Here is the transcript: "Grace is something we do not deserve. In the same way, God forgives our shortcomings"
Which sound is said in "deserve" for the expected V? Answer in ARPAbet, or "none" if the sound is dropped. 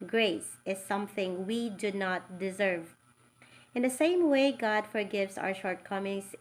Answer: V